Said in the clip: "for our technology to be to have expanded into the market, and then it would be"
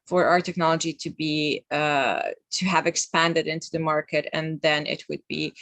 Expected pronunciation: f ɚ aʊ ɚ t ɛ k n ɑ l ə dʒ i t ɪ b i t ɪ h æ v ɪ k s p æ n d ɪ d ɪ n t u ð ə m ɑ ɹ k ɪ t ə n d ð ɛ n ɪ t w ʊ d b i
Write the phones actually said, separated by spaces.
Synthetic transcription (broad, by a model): f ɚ aʊ ɚ t ɛ k n ɑ l ə dʒ i t ɪ b i t ɪ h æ v ɪ k s p æ n d ɪ d ɪ n t u ð ə m ɑ ɹ k ɪ t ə n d ð ɛ n ɪ t w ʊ d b i